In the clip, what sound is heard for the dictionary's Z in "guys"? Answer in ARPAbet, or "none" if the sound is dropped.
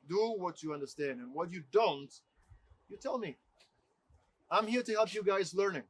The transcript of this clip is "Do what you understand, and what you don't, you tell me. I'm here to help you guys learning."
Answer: Z